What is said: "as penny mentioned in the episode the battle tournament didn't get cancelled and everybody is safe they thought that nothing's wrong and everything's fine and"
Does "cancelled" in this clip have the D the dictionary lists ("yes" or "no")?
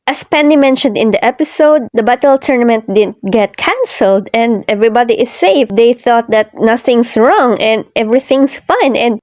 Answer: yes